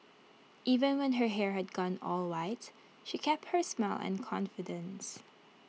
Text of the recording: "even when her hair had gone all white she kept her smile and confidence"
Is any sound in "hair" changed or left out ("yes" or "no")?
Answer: no